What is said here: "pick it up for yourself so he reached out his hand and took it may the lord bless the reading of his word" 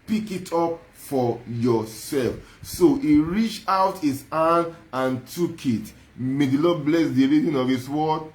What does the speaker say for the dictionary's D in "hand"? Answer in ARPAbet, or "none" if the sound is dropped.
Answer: none